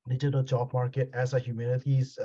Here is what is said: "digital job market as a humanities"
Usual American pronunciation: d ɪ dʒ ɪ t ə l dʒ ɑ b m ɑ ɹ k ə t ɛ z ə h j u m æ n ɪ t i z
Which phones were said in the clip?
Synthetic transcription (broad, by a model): d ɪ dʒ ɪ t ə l tʃ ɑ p m ɑ ɹ k ə t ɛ s ə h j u m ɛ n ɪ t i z